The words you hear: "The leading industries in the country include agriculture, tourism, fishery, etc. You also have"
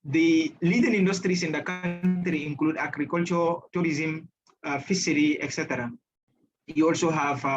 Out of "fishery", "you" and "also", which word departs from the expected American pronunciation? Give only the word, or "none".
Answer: fishery